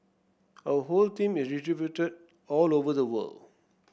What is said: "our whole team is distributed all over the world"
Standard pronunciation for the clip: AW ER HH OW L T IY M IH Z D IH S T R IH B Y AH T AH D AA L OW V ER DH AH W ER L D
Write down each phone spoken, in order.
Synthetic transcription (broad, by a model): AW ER HH OW L T IY M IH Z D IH T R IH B Y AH T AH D AA L OW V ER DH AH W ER L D